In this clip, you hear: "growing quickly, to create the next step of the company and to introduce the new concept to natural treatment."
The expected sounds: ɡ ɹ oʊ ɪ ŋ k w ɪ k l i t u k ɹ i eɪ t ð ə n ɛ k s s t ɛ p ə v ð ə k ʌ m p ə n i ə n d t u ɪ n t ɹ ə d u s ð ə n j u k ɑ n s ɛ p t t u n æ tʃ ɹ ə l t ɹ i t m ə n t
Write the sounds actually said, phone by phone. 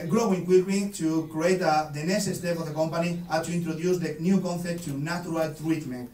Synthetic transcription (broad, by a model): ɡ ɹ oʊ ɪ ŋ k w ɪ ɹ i t u k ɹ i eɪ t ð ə n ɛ s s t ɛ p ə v ð ə k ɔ m p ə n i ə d t u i n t ɹ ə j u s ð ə n j u k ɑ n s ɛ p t t u n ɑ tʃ ɹ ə l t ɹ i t m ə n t